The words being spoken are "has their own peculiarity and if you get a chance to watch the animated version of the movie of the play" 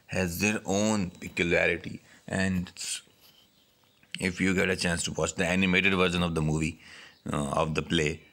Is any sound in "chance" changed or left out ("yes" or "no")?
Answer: no